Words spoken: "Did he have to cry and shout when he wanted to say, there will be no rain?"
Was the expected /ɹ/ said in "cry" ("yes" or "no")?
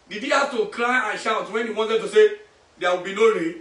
no